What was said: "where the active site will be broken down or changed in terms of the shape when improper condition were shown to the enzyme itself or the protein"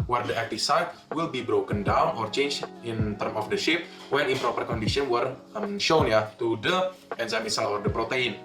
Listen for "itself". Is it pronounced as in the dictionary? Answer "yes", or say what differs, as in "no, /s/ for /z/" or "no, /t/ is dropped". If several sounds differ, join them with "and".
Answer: no, /f/ is dropped